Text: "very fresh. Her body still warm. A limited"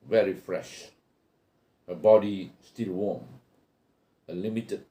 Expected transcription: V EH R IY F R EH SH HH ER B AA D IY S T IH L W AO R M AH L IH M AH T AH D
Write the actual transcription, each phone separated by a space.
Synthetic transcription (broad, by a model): V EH R IY F R EH SH HH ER B AA D IY S T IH L W AO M AH L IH M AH T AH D